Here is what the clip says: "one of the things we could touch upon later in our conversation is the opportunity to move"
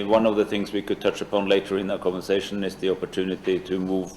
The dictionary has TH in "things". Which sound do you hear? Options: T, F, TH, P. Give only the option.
TH